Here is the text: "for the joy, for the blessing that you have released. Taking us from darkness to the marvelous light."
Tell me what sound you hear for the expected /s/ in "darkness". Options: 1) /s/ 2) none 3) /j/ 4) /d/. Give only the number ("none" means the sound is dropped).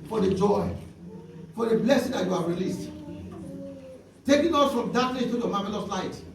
2